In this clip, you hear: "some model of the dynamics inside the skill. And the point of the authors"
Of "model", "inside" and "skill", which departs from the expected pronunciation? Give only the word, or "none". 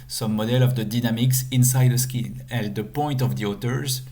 skill